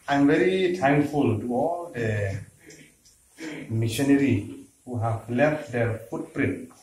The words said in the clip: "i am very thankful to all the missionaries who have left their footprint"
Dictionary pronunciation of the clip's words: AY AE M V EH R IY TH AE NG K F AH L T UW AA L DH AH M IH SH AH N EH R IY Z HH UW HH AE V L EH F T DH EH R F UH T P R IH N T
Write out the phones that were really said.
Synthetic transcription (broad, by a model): AY M V EH R IY T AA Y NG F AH L T UW AA L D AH M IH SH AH N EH R IY HH UW HH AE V L EH F T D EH R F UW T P R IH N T